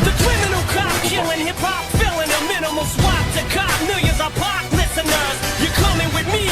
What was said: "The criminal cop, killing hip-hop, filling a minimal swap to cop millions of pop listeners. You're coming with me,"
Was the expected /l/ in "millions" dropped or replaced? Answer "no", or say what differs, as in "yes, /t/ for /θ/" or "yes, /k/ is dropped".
yes, /l/ is dropped